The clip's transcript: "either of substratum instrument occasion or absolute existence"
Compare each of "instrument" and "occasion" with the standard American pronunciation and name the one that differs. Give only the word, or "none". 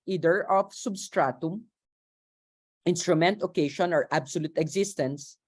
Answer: occasion